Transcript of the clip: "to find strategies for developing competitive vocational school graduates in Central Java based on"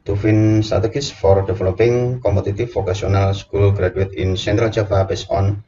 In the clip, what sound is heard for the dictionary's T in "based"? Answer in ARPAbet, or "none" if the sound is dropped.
none